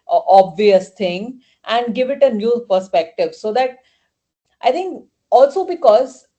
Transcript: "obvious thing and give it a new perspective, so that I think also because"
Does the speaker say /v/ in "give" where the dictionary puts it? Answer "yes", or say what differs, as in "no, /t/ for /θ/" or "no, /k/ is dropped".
yes